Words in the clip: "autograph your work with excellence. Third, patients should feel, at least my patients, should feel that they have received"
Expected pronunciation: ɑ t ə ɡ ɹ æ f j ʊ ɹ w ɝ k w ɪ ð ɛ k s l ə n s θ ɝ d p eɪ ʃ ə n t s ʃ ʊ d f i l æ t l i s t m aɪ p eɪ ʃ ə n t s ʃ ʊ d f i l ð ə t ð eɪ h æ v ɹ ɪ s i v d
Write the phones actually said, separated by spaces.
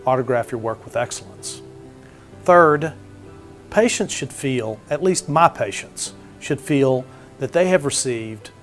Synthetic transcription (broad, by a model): ɑ t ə ɡ ɹ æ f j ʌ ɹ w ɝ k w ɪ ð ɛ k s l ə n s θ ɝ d p eɪ ʃ ə n t s ʃ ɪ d f i l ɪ t l i s t m aɪ p eɪ ʃ ə n t s ʃ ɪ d f i l ð ə t ð eɪ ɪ v ɹ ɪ s i v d